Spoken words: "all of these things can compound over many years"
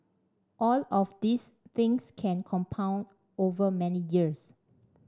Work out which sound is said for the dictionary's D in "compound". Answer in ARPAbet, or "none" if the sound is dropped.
D